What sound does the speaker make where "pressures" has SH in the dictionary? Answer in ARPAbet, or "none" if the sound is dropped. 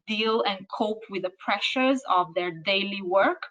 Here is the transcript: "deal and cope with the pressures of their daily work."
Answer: SH